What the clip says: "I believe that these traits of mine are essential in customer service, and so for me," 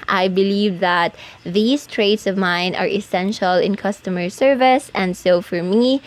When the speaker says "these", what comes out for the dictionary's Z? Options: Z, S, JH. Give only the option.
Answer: S